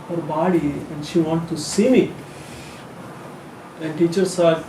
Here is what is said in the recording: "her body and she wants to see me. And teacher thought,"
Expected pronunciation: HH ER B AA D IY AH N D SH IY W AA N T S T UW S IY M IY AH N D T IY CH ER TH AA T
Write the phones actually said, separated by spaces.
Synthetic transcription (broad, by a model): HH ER B AA D IY AH N D SH IY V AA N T T UW S IY M IY AH N D T IY CH ER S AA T